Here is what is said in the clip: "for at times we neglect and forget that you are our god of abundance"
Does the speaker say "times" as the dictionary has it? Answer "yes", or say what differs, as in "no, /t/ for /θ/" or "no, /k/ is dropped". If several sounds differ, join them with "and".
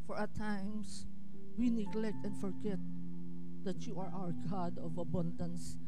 no, /s/ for /z/